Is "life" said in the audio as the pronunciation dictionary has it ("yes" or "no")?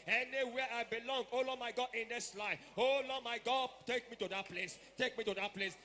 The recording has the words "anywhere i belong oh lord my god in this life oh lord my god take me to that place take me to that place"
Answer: no